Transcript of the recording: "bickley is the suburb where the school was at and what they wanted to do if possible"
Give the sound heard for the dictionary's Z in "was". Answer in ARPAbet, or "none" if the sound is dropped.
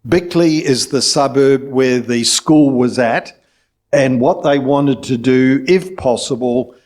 Z